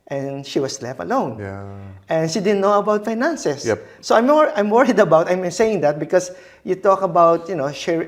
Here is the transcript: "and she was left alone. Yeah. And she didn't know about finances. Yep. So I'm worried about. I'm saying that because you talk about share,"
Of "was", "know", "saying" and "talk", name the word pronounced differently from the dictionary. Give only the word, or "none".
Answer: was